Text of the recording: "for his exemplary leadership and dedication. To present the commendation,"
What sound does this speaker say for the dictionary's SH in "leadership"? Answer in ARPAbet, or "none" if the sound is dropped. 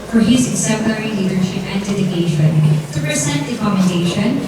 SH